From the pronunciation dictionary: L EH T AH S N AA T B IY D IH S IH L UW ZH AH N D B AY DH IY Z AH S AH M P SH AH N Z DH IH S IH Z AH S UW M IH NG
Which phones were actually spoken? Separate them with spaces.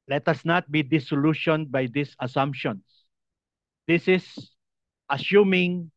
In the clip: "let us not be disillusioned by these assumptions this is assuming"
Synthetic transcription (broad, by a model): L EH T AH S N AA T B IY D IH S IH L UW SH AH N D B AY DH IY S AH S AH M P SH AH N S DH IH S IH S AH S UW M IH NG